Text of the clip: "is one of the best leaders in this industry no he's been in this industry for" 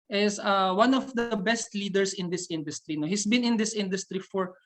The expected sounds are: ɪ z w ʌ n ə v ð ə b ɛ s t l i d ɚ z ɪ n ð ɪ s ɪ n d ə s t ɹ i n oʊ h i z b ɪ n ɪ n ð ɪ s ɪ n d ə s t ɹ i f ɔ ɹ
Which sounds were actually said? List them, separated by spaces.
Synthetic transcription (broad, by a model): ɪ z w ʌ n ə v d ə b ɛ s t l i d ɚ s ɪ n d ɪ s ɪ n d ə s t ɹ i n oʊ h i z b ɪ n ɪ n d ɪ s ɪ n d ə s t ɹ i f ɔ ɹ